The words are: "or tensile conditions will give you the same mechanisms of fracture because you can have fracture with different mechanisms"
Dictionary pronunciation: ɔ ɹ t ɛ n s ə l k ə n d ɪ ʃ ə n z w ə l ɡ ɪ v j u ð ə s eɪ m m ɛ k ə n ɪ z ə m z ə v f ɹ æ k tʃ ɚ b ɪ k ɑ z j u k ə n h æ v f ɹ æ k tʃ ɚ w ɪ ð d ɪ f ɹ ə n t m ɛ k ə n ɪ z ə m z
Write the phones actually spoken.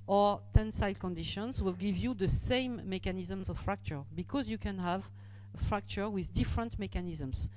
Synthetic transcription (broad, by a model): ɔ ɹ t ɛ n s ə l k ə n d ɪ ʃ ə n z w ə l ɡ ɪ v j u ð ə s eɪ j m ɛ k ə n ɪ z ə m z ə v f ɹ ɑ k tʃ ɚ b ɪ k ɑ z j u k ə n h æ v f ɹ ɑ k tʃ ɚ w ɪ ð d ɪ f ɹ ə n t m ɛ k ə n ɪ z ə m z